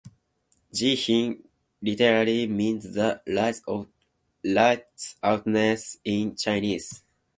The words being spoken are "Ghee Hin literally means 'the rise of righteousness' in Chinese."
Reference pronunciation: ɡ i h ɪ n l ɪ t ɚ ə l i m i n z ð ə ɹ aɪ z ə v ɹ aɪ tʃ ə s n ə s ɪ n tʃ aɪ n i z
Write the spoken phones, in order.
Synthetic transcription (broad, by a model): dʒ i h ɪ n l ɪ t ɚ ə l i m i n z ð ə l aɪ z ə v l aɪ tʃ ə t n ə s ɪ n tʃ aɪ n i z